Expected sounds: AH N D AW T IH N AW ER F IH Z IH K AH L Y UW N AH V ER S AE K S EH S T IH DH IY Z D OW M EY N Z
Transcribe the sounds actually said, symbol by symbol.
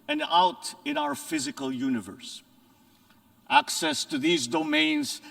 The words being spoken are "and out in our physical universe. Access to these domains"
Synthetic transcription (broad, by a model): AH N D AW T IH N AW ER F IH Z IH K AH L Y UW N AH V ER S AE K S EH S T IH DH IY Z D OW M EY N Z